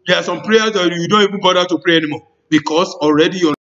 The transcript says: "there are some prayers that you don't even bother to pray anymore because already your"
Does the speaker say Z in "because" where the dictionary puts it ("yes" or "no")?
no